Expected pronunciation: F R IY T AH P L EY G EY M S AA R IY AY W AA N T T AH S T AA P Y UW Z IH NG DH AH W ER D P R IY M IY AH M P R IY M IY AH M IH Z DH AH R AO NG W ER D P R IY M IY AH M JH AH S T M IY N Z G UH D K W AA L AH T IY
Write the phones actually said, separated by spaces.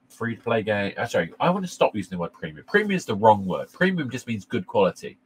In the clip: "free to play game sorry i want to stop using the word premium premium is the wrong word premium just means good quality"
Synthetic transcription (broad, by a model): F R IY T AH P L EY G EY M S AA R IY AY W AA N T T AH S T AA P Y UW Z IH NG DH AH W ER D P R IY M IY AH M P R IY M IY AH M IH Z DH AH R AO NG W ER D P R IY M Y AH M JH AH S M IY N Z G UH D K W AA L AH T IY